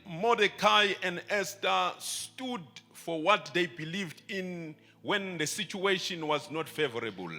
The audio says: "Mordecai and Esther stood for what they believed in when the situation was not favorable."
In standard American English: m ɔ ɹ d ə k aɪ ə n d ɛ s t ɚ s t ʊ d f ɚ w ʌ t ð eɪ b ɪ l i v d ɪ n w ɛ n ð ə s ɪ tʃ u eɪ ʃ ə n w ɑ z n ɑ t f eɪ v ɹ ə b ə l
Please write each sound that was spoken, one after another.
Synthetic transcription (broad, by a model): m ɔ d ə k aɪ ə n d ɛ s t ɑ s t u d f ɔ w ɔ t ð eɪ b ɪ l i v d ɪ n w ɛ n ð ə s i tʃ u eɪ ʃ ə n w ɑ z n ɑ t f eɪ v ɹ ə b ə l